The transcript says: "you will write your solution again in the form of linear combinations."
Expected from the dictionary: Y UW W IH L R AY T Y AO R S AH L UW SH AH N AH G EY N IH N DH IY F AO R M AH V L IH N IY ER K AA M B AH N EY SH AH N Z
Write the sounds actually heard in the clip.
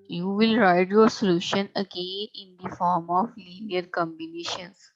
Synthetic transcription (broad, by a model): Y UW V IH L R AY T Y AO R S AH L UW SH AH N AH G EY IH N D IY F AO R M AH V L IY N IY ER K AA M B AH N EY SH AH N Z